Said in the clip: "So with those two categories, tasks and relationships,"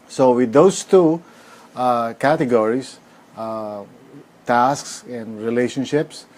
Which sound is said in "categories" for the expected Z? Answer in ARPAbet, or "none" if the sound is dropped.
S